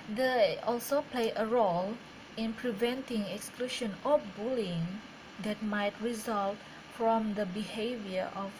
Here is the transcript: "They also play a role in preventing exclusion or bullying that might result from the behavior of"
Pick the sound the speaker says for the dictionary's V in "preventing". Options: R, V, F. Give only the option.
V